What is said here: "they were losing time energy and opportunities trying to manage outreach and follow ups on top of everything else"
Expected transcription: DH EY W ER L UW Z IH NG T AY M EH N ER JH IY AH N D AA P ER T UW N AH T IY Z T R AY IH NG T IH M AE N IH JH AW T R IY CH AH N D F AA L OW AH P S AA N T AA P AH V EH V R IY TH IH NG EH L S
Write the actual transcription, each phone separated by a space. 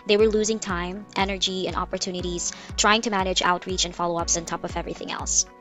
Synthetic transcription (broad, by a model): DH EY W ER L UW Z IH NG T AY M EH N ER JH IY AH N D AA P ER T UW N AH T IY Z T R AY IH NG T IH M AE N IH JH AW T R IY CH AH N F AA L OW AH P S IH N T AA P AH V EH V R IY TH IH NG EH L S